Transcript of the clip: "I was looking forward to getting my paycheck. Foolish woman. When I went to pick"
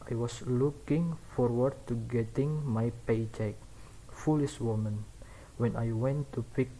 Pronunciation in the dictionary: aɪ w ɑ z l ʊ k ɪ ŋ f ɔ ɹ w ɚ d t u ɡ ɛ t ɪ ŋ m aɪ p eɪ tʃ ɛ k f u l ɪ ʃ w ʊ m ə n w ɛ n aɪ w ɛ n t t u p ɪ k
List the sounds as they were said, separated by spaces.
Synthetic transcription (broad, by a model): aɪ w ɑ s l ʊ k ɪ ŋ f ɔ ɹ w ɚ d t u ɡ ɛ t ɪ ŋ m aɪ p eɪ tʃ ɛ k f u l ɪ ʃ w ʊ m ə n w ɛ n aɪ w ɛ n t t u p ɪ k